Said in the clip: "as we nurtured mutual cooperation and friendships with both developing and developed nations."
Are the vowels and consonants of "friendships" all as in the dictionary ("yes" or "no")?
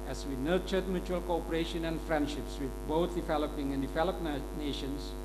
yes